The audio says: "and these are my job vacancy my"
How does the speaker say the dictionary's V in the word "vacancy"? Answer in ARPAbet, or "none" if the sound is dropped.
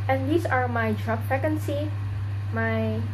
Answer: F